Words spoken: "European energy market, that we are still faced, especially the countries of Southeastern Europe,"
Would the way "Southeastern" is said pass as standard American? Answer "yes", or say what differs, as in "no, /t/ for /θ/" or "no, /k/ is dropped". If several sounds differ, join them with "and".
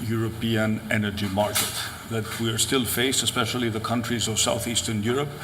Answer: yes